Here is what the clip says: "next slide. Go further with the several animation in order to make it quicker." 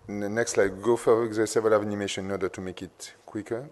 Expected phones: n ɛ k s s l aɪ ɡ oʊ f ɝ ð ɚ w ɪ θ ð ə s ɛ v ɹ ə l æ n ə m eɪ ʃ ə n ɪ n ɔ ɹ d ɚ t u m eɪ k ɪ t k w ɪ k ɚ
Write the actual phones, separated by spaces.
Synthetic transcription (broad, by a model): n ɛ k s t l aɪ ɡ oʊ f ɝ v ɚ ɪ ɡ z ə s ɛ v l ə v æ n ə m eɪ ʃ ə n ɪ n ɔ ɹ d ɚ t u m eɪ k ɪ t k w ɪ k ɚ